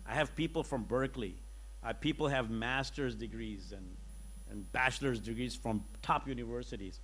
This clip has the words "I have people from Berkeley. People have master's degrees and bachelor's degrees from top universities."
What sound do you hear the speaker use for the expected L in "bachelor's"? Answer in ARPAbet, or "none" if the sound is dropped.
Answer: L